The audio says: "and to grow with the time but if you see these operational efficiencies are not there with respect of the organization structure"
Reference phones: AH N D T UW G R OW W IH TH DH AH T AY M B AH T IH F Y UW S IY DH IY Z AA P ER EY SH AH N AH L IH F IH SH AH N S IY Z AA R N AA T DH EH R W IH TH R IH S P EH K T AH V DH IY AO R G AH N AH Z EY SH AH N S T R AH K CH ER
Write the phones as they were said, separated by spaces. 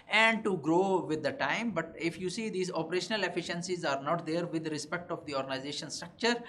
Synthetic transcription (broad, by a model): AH N D T UW G R OW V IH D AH T AY M B AH T IH F Y UW S IY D IY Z AA P ER EY SH AH N AH L IH F IH SH AH N S IY Z AA R N AA T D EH R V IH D R IH S P EH K T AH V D IY AO R G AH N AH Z EY SH AH N S T R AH K CH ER